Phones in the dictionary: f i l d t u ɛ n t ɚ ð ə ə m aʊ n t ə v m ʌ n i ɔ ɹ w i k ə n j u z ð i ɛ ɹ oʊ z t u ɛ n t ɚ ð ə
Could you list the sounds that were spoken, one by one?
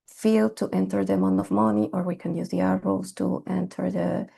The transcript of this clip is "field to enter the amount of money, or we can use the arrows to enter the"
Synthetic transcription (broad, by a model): f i l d t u ɛ n t ɚ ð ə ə m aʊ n ə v m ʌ n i ɔ ɹ w i k ə n j u z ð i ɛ ɹ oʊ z t u ɛ n t ɚ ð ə